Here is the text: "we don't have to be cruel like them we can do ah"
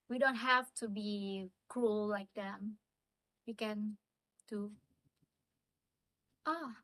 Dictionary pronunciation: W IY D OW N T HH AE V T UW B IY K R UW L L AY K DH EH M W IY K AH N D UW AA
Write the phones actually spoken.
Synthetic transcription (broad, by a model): W IY D OW N T HH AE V T UW B IY K R UW L L AY K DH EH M W IY K AH N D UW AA